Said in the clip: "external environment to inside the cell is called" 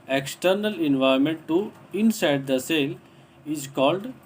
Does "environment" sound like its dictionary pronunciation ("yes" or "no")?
no